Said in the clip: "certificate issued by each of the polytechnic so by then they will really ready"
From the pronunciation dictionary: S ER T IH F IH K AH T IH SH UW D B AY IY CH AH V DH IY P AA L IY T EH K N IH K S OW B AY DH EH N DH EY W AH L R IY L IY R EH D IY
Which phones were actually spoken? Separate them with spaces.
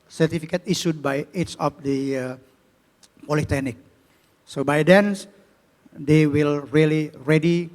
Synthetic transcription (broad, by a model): S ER T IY F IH K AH T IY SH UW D B AY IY S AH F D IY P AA L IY T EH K N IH K S OW B AY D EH N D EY W AH L R IY L IY R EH D IY